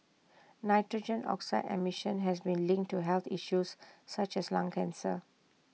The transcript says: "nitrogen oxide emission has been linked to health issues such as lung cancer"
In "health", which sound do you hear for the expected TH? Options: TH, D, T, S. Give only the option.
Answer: T